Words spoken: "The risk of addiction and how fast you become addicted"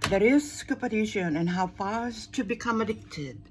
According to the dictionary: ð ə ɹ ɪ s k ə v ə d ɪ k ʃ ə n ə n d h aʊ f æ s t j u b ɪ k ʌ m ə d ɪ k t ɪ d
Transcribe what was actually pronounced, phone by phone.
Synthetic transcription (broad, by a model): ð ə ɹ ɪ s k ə p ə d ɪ ʃ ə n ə n h aʊ f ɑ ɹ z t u b ɪ k ʌ m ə d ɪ k t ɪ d